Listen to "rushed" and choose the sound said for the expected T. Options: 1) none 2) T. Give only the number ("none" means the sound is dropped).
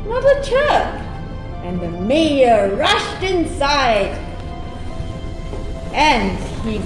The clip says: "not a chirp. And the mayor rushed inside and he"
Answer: 2